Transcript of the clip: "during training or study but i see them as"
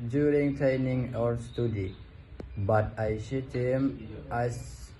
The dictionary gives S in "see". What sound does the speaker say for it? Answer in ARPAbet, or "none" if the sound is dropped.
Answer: SH